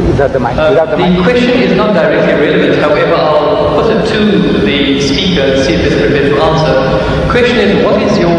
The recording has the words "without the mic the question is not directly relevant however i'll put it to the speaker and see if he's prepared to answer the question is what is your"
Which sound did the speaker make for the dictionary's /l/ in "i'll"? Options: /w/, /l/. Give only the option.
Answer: /l/